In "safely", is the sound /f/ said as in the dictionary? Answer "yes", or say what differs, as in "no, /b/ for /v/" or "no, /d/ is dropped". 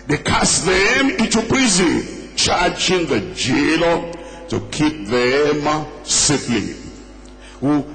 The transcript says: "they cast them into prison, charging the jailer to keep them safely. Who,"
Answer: no, /p/ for /f/